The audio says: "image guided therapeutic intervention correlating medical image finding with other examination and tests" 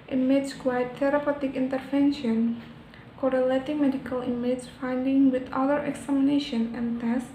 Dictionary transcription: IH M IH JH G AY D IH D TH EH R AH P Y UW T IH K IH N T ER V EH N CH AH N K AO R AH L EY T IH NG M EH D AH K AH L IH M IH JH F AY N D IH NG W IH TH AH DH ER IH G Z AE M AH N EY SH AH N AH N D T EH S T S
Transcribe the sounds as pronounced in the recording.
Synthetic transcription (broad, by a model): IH M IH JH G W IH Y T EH R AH P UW T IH K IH N T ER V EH N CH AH N K AO R AH L EY T IH NG M EH D AH K AH L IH M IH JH F AY N D IH NG W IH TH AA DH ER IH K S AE M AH N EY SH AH N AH N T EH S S